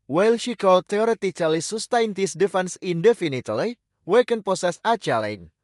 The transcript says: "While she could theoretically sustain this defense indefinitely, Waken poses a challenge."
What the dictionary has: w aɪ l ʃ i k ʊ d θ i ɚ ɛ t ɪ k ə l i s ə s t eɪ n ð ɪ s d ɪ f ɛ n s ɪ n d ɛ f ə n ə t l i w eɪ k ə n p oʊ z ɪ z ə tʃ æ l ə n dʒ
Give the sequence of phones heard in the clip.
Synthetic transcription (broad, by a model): w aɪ l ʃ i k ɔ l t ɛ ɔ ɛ t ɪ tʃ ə l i s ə s t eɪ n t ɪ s d ɪ f ɛ n s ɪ n d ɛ f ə n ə t l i w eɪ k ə n p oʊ s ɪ s ə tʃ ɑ l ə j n